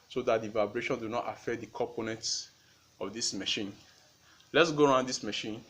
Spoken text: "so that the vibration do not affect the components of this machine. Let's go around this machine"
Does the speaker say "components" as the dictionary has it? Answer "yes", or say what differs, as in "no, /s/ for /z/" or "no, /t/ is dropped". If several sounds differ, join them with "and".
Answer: yes